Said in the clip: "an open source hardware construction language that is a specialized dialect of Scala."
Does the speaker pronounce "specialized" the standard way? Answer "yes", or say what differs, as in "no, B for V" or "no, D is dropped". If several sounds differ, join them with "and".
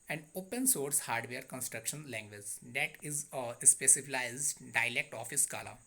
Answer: no, S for SH